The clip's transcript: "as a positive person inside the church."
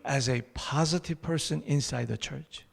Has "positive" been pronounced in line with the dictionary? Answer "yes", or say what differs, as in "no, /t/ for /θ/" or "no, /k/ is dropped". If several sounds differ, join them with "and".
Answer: yes